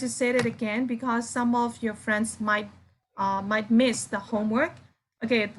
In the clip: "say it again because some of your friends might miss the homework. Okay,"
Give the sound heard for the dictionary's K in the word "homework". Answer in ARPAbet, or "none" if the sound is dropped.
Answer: K